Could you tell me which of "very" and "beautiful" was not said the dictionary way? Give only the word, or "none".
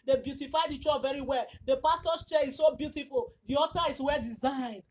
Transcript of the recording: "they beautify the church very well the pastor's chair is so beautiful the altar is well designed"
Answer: none